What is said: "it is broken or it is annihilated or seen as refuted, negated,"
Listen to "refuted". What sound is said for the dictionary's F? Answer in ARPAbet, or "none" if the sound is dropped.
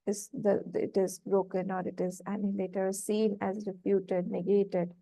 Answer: P